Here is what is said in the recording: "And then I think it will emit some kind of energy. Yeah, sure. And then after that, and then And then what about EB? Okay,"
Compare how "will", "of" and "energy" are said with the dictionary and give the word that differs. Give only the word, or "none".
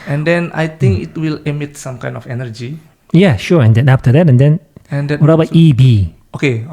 of